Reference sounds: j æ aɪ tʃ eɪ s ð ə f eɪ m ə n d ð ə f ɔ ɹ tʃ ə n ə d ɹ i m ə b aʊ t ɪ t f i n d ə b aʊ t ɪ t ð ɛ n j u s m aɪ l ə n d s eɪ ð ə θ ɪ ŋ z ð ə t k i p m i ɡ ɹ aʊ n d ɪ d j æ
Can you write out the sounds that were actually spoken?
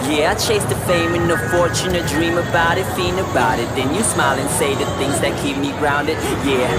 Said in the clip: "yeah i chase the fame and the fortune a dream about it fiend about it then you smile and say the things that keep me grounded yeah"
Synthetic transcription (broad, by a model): j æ aɪ tʃ eɪ s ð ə f eɪ m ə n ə f ɔ ɹ tʃ ə n ə d ɹ i m ə b aʊ t ɪ t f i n ə b aʊ t ɪ t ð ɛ n j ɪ s m aɪ l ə n s eɪ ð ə θ ɪ ŋ z ð ə t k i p m i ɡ ɹ aʊ n d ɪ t j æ